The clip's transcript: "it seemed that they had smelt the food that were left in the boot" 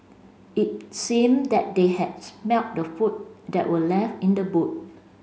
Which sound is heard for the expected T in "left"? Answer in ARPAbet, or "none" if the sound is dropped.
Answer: none